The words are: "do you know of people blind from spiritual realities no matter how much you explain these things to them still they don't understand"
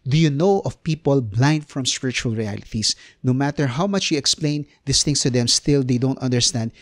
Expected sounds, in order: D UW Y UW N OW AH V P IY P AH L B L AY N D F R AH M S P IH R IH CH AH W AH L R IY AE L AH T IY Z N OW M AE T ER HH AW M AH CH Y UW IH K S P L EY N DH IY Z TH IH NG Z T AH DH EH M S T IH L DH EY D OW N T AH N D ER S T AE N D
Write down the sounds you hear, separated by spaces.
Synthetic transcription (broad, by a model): D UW Y UW N OW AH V P IY P AH L B L AY N D F R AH M S P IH R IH CH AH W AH L R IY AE L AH T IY S N OW M AE T ER HH AW M AH CH Y UW IH K S P L EY N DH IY S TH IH NG S T AH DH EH M S T IH L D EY D OW N T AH N D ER S T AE N D